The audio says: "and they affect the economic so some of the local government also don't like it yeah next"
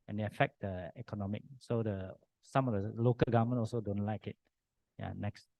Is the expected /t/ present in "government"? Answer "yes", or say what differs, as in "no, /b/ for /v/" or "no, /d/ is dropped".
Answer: no, /t/ is dropped